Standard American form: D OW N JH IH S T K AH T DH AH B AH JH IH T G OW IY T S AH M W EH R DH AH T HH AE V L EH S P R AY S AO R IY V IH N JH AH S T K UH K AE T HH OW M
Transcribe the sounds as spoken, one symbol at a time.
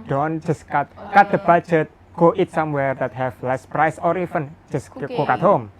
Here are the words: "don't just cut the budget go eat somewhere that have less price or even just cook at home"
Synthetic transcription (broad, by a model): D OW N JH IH S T K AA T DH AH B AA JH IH T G OW IY T S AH M W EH R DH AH T HH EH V L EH S P R AY S AO R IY F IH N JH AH S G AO K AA T HH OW M